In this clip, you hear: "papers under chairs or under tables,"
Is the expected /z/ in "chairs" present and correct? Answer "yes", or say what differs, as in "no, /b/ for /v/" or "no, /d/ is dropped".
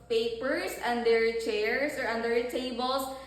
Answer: no, /s/ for /z/